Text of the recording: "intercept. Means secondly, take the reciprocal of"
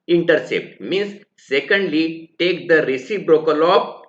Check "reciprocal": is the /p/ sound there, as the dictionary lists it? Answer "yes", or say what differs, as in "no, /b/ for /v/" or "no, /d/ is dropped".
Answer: no, /b/ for /p/